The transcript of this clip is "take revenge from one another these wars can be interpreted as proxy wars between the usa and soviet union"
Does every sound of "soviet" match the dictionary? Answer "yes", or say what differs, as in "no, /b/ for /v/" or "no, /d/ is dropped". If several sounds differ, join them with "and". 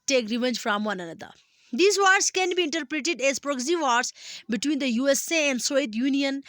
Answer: no, /v/ is dropped